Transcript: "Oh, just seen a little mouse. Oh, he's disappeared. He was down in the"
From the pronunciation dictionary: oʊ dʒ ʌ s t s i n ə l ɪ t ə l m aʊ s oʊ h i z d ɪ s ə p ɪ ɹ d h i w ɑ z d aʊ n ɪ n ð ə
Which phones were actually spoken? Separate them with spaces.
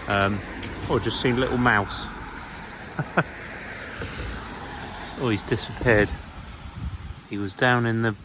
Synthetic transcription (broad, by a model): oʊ dʒ ʌ s t s i n ə l ɪ t l m aʊ s oʊ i z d ɪ s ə p ɪ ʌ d h i w ɑ z d aʊ n ɪ n ð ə